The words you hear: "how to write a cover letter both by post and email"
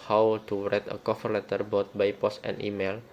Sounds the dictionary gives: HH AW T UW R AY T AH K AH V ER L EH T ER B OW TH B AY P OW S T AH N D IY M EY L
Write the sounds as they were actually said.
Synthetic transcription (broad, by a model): HH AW T UW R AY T AH K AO F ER L EH T ER B OW T B AY P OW S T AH N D IY M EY L